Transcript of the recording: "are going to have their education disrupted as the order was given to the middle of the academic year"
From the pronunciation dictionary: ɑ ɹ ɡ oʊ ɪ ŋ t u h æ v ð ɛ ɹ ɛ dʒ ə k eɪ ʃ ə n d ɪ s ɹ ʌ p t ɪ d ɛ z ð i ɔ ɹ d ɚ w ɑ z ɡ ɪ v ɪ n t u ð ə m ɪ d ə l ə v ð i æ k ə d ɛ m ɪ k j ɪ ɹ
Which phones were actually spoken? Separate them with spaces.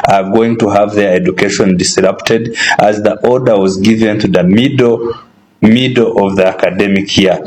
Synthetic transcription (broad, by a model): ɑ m ɡ oʊ ɪ ŋ t u h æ v ð ɛ ɹ ɛ dʒ ə k eɪ ʃ ə n d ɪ s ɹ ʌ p t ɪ d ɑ z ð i ɔ ɹ d ɚ w ɑ z ɡ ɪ v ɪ n t u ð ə m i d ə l ə v ð i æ k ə d ɛ m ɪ k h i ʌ